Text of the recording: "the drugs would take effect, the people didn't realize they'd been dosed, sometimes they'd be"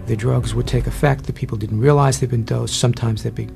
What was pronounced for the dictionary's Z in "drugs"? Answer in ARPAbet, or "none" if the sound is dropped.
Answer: Z